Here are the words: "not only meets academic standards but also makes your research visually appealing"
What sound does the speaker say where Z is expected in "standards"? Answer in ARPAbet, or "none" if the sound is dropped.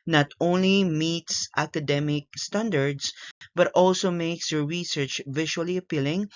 S